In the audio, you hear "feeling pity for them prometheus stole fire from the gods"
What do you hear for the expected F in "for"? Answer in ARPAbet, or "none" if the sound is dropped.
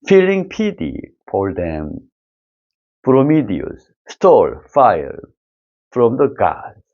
P